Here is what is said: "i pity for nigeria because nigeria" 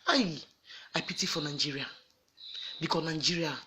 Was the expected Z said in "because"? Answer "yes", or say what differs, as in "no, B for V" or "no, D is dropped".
no, Z is dropped